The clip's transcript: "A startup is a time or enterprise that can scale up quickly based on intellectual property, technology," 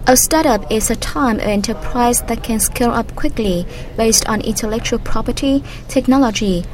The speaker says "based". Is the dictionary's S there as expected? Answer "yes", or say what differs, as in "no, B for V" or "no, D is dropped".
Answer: yes